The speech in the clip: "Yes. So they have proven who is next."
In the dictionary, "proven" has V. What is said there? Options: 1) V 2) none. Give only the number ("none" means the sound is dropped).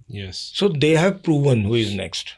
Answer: 1